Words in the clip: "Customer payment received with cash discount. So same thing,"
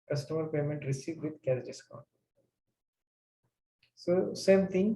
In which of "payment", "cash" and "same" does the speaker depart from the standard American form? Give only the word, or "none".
cash